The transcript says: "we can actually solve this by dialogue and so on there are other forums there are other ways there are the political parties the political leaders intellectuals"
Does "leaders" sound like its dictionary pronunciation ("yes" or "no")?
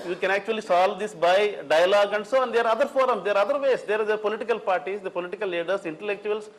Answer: no